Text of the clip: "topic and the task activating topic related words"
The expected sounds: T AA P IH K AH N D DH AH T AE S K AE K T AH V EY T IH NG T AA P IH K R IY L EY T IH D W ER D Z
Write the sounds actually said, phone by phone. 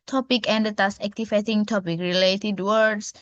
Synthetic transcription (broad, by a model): T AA P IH K AH N D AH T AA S AE K T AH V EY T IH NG T AA P IH K R IY L EY T IH D W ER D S